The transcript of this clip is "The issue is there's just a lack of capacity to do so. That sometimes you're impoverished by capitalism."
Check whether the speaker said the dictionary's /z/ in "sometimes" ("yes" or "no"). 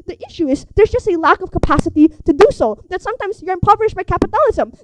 yes